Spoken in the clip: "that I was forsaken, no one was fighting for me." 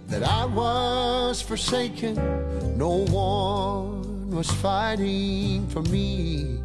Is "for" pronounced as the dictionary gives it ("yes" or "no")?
yes